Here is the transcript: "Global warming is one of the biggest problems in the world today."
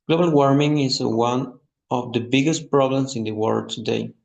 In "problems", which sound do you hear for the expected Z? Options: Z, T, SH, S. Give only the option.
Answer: S